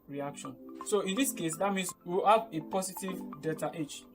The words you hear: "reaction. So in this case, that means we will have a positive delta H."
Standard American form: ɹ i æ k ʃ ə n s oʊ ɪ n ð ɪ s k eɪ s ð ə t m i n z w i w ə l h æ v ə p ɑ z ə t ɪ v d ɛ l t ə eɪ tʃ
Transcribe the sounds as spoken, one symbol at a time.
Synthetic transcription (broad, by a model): ɹ i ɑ k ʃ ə n s oʊ ɪ n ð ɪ s k eɪ s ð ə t m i n s w i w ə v ə p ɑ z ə t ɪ v d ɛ t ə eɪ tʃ